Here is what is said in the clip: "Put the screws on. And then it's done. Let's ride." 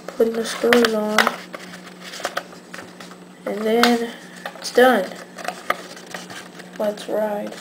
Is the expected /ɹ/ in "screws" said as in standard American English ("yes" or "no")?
no